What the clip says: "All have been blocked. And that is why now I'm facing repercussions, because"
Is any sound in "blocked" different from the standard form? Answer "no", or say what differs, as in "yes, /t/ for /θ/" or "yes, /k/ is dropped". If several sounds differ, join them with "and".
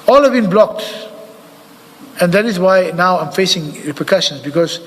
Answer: no